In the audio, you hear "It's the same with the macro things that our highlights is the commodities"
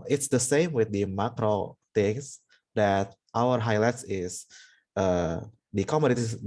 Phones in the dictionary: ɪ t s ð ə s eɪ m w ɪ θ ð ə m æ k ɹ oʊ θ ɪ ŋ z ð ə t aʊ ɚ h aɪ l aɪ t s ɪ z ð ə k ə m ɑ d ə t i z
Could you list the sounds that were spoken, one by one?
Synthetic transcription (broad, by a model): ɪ t s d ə s eɪ m w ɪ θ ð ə m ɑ k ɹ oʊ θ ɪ ŋ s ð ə t aʊ ɚ h aɪ l aɪ t s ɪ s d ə k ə m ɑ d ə t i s